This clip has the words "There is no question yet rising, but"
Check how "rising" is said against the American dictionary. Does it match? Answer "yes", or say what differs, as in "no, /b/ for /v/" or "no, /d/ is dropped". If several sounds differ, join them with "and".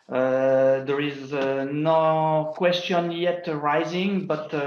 yes